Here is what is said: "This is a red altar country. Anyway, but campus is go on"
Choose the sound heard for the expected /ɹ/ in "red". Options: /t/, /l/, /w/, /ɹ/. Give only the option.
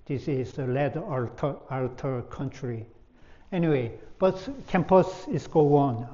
/l/